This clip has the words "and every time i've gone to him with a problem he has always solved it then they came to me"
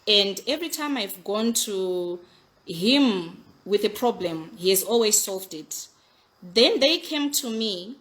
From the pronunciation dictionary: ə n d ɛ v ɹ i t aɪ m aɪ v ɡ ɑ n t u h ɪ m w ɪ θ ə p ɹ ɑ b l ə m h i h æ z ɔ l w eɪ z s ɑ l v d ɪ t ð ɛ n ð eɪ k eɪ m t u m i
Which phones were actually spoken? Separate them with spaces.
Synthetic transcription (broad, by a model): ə n d ɛ v ɹ i t aɪ m aɪ v ɡ ɑ n t u h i m w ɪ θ ə p ɹ ɑ b l ə m h i h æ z ɔ l w eɪ z s ɑ l v d ɪ t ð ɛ n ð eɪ k eɪ m t u m i